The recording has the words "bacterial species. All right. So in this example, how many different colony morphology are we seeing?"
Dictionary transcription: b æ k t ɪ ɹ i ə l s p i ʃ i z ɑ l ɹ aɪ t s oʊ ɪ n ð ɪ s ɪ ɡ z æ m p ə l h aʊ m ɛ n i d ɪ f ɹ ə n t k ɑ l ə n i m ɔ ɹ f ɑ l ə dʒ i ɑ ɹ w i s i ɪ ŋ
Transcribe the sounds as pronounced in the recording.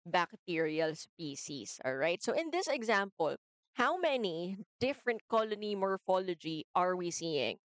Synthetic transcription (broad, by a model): b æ k t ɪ ɹ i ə l s p i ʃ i s ɑ l ɹ aɪ t s oʊ ɪ n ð ɪ s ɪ ɡ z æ m p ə l h aʊ m ɛ n i d ɪ f ɹ ə n t k ɑ l ə n i m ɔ ɹ f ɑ l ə dʒ i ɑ ɹ w i s i ɪ ŋ